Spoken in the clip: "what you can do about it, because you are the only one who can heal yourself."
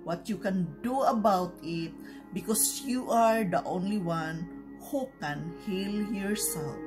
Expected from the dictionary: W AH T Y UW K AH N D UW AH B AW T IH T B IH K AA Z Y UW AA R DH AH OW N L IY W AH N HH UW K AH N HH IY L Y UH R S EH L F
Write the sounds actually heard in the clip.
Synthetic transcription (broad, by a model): W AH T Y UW K AH N D UW AH B AW T IH T B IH K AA S Y UW AA R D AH OW N L IY W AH N HH UW K AH N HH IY L Y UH R S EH L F